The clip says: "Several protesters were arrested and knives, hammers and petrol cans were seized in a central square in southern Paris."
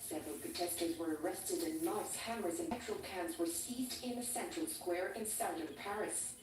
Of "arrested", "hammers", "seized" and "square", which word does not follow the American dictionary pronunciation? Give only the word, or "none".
none